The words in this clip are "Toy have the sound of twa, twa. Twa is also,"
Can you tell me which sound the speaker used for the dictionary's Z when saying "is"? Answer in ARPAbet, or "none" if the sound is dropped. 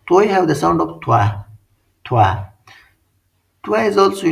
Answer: Z